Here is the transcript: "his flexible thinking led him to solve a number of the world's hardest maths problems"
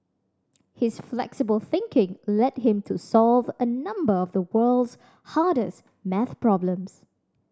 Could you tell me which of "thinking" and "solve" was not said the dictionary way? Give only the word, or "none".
none